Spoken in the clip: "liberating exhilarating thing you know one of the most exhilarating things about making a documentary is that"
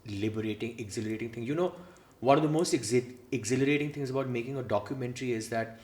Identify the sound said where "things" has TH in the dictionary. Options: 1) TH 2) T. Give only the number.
2